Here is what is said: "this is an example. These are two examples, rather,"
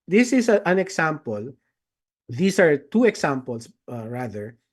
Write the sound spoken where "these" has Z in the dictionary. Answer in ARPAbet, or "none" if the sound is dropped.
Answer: S